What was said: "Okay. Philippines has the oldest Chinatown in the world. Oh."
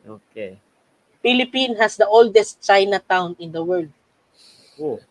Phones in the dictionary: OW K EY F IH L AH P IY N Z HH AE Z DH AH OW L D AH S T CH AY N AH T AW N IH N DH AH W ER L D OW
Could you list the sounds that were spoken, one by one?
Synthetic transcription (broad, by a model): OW K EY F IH L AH P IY N HH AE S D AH OW L D AH S T CH AY N AH T AW N IH N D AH W ER L D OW